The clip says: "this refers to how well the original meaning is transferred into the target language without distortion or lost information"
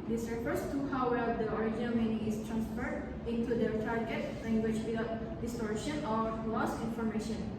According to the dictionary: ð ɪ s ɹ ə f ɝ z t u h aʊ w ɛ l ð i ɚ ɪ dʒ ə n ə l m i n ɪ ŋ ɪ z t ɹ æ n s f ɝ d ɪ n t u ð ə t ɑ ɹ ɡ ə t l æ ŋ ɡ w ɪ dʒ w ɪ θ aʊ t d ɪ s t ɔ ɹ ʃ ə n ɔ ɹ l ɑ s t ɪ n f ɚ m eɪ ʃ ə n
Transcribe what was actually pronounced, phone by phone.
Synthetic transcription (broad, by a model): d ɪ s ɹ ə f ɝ s t u h aʊ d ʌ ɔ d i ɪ dʒ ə n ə l m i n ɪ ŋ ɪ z t ɹ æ n s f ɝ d ɪ n t u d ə t ɑ ɹ ɡ ə t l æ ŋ ɡ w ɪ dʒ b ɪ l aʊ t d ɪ s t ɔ ɹ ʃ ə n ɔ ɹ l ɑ s ɪ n f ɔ m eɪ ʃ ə n